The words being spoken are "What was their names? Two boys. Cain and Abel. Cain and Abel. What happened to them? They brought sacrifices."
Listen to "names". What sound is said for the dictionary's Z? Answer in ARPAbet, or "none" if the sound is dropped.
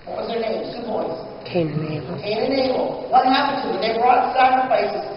none